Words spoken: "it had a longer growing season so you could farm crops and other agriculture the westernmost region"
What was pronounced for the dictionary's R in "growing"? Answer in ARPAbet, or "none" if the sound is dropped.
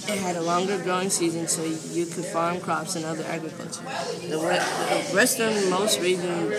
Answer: none